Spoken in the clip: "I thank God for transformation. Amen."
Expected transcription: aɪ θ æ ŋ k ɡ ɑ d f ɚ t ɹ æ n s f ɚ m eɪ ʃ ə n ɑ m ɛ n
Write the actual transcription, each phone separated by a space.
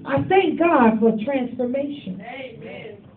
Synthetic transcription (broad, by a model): aɪ θ æ ŋ k ɡ ɑ d f ɚ t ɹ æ n s f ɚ m eɪ ə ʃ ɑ n